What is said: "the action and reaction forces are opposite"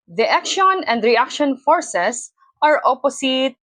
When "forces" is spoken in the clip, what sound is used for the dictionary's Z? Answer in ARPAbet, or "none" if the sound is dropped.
S